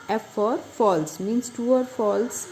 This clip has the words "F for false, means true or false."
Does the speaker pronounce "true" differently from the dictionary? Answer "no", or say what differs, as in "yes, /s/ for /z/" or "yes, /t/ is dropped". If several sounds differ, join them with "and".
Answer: yes, /ɹ/ is dropped